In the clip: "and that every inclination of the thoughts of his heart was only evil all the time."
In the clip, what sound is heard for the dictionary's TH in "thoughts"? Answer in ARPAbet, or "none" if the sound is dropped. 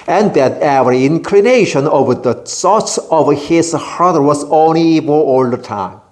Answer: S